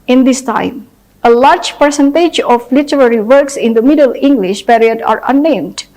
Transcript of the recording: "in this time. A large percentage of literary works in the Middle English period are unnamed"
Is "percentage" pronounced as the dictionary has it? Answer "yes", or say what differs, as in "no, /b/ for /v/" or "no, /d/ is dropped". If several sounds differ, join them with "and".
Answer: yes